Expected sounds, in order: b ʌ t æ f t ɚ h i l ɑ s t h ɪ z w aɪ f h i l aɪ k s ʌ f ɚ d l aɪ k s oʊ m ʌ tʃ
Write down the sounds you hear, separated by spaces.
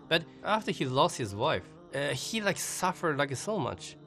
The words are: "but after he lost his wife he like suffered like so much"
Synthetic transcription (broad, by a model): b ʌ t æ f t ɚ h i l ɑ s t h ɪ z w aɪ f h i l aɪ k s ʌ f ɚ d l aɪ k s oʊ m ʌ tʃ